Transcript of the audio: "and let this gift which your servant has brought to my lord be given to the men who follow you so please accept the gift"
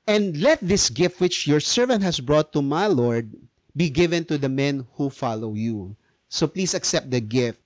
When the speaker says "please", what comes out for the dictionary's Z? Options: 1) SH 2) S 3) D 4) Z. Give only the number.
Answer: 2